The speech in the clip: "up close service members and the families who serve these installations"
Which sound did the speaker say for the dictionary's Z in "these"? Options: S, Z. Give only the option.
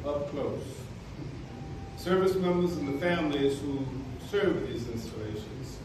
Z